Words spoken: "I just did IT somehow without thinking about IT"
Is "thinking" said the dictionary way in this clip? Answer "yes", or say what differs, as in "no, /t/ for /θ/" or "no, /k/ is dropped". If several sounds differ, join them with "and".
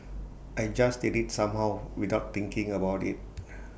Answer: no, /t/ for /θ/